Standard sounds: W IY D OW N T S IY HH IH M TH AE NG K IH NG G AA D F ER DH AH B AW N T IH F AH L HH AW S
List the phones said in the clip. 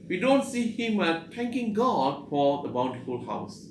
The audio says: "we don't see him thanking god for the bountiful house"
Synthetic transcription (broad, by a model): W IY D OW N T S IY HH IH M T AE NG K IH NG G AA D F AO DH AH B AW N T IH F AH L HH AW S